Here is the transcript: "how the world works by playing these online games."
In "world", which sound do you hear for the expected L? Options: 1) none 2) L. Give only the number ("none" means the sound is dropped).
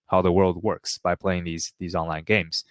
2